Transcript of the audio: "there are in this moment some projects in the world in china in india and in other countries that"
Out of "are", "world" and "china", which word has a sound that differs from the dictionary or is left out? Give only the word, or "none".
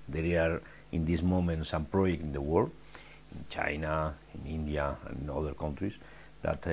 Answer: world